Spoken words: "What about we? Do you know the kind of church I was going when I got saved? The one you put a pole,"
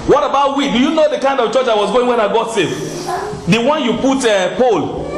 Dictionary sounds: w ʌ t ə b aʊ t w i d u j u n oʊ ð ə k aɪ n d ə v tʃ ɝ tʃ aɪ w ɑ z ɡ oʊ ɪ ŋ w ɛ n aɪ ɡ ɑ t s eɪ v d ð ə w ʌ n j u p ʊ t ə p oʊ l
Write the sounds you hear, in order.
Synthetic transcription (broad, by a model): w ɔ t ə b aʊ t w i d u j u n oʊ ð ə k aɪ n d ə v tʃ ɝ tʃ aɪ w ɑ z ɡ oʊ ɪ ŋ w ɛ n aɪ ɡ ɑ t s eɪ f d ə w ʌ n j u p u t ə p oʊ l